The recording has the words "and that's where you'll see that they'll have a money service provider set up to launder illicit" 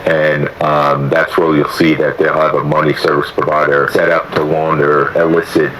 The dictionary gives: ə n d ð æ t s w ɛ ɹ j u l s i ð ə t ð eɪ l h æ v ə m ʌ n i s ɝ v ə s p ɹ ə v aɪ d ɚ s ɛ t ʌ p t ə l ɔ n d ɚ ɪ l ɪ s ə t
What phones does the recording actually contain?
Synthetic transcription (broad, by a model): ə n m ð æ t s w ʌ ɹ j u l s i ð ə t ð eɪ l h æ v ə m ʌ n i s ɝ v ə s p ɹ ə v aɪ d ɚ s ɛ t ʌ p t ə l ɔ n d ɚ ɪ l ɪ s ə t